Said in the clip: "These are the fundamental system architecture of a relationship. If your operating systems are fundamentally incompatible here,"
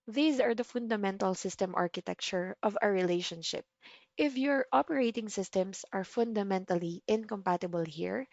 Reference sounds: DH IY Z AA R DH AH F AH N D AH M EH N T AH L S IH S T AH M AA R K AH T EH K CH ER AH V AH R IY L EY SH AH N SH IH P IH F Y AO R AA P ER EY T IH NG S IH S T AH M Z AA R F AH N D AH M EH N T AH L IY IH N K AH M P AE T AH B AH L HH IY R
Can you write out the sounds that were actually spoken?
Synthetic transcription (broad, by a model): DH IY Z AA R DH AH F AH N D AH M EH N T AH L S IH S T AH M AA R K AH T EH K CH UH AH V AH R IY L EY SH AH N SH IH P IH F Y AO R AA P ER EY T IH NG S IH S T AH M S AA R F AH N D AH M EH N T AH L IY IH N K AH M P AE T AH B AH L HH IY R